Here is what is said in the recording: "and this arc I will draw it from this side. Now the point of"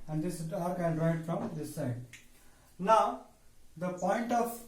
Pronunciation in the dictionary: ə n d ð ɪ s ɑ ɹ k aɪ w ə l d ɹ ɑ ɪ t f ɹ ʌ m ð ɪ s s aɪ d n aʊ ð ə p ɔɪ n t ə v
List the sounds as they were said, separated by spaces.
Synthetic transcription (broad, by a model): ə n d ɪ s ɑ ɹ k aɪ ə n d ɹ ɑ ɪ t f ɹ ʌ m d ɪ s s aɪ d n aʊ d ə p ɔɪ n t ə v